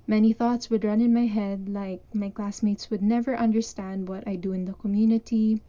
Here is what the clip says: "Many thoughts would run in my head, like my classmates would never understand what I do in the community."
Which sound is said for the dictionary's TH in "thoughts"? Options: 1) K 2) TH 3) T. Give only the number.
2